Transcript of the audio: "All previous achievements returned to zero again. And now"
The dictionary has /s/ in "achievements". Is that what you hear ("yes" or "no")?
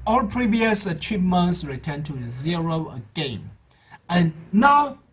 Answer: yes